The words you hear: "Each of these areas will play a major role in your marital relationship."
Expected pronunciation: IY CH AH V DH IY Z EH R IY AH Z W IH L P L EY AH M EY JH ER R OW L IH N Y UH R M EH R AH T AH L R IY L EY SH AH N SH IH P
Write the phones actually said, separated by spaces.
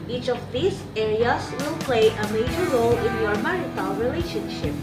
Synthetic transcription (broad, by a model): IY CH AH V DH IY S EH R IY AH S W IH L P L EY AH M EY JH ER R OW L IH N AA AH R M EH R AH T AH N R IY L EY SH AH N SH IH P